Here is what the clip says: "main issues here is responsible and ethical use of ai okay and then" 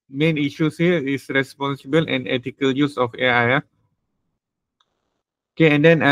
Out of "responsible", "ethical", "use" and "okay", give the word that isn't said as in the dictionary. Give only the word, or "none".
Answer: ethical